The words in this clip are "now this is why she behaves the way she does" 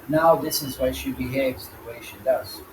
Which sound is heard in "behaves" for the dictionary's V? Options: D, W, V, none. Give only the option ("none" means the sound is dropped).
V